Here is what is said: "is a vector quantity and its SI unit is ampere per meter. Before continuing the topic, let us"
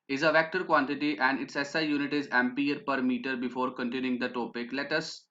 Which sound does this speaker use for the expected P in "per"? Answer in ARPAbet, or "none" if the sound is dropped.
P